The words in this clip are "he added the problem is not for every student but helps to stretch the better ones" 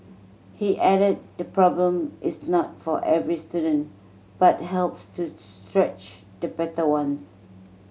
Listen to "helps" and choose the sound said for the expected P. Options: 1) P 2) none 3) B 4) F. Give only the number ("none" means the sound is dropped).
1